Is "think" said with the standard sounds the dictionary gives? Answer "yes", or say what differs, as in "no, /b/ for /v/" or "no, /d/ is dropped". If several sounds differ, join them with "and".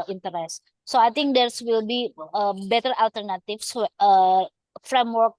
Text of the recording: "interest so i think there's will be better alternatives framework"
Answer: no, /t/ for /θ/